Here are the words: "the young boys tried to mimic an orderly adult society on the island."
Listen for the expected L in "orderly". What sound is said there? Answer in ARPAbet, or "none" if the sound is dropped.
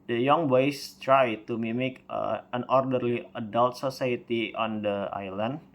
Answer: L